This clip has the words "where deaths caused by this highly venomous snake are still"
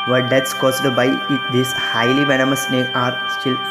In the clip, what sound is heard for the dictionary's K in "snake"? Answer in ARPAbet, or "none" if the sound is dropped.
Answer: none